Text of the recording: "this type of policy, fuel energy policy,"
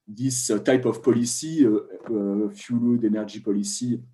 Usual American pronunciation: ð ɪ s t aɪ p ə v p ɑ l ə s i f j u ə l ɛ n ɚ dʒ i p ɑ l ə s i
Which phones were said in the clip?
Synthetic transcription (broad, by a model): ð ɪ s t aɪ p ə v p ɑ l ə s i f j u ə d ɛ n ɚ ʒ i p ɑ l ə s i